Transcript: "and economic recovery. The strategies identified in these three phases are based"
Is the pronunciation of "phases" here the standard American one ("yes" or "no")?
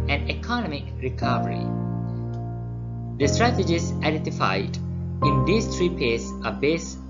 no